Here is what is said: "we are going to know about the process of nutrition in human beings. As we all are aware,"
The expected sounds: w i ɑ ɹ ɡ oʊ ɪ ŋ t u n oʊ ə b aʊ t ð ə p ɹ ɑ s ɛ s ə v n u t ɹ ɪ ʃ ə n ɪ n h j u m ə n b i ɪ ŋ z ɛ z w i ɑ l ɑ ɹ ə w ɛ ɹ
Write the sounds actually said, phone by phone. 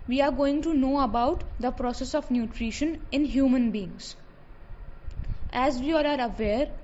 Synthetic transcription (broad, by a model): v i ɑ ɹ ɡ oʊ ɪ ŋ t u n oʊ ə b aʊ t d ə p ɹ ɑ s ɛ s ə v n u t ɹ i ʃ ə n ɪ n h j u m ə n b i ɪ ŋ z ɛ z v i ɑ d ɑ ɹ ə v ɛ ɹ